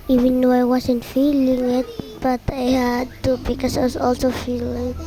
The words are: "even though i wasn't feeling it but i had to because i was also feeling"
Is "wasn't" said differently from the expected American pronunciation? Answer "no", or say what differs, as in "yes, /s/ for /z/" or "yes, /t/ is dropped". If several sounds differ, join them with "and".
yes, /s/ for /z/